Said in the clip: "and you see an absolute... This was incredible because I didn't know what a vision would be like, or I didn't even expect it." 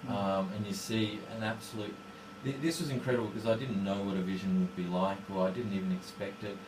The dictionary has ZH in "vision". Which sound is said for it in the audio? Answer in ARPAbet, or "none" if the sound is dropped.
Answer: ZH